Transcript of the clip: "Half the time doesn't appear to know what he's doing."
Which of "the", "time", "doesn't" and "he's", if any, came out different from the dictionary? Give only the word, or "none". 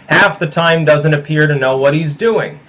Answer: none